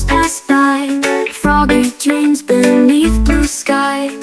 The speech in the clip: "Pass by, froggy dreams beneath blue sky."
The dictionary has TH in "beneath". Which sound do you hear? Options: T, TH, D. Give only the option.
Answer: TH